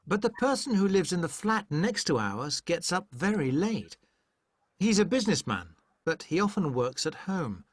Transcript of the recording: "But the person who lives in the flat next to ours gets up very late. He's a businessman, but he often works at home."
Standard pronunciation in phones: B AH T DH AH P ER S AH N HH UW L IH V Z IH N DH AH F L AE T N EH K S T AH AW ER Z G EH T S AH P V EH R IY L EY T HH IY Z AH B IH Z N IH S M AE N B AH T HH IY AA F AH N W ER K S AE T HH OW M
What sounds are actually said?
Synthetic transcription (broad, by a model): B AH T DH AH P ER S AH N HH UW L IH V Z IH N DH AH F L AE T N EH K S T AH AW ER Z G EH T S AH P V EH R IY L EY T HH IY Z AH B IH Z N IH S M AE N B AH T HH IY AA F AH N W ER K S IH T HH OW M